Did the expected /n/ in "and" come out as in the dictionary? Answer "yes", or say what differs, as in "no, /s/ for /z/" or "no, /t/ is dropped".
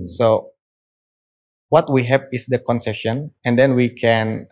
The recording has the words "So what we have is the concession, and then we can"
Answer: yes